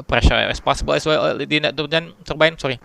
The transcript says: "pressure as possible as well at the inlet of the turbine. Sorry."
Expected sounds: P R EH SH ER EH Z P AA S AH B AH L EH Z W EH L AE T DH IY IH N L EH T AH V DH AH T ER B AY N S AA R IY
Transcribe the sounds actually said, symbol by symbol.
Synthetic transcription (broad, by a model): P R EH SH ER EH S P AA S AH B AH L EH S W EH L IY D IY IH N EH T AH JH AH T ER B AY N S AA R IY